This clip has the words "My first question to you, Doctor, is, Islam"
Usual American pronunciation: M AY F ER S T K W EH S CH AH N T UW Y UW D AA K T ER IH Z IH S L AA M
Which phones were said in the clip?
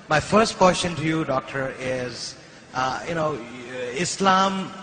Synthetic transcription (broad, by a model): M AY F ER S T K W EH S SH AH N T UW Y UW D AA K T ER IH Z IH S L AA M